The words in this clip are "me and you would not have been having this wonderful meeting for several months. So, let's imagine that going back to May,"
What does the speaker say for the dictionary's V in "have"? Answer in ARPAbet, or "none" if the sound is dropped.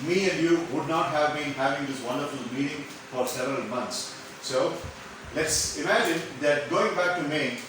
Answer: V